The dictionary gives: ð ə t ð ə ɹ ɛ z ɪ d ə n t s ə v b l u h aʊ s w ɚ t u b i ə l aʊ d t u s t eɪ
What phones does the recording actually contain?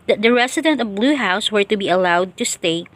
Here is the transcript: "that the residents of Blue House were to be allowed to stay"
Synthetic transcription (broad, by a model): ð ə t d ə ɹ ɛ s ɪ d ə n t ə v b l u h aʊ s w ɚ t u b i ə l aʊ d t u s t eɪ